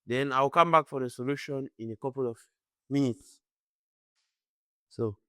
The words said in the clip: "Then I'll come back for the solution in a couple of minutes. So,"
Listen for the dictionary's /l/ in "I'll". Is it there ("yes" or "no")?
no